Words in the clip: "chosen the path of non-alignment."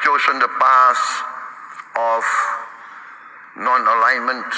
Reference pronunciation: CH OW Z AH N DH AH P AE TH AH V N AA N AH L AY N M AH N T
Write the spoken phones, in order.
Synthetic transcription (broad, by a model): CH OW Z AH N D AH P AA S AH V N AA N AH L AY N M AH N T